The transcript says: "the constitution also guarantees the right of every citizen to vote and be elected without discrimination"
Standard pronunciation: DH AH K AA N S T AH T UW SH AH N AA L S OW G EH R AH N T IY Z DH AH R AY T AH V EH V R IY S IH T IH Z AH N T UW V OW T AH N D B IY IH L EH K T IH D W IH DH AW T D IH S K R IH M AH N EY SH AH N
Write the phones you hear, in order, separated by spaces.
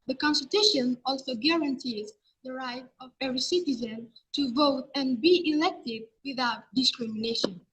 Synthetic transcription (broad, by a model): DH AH K AA N S T AH T UW SH AH N AA L S OW G EH R AH N T IY Z DH AH R AY T AH V EH V R IY S IH T IH Z AH N T UW V OW T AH N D B IY IH L EH K T IH D W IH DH AW T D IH S K R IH M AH N EY SH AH N